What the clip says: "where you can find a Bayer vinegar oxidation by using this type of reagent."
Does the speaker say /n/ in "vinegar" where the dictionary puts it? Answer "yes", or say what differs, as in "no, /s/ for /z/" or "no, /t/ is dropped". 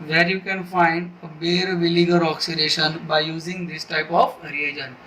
no, /l/ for /n/